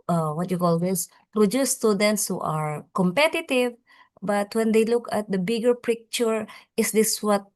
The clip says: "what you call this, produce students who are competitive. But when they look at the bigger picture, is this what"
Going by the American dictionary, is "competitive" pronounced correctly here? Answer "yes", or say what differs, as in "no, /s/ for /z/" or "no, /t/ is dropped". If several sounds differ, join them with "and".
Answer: yes